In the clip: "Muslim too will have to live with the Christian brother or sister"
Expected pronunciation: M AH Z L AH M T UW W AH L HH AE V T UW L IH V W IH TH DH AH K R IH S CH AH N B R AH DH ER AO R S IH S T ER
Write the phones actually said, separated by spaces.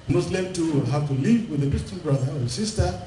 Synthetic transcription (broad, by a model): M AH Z L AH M T UW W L HH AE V T UW L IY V W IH DH AH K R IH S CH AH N B R AH DH ER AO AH S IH S T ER